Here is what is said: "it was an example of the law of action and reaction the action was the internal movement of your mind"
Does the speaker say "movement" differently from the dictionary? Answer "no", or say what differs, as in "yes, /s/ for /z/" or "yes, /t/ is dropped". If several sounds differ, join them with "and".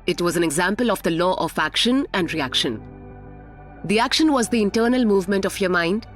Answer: no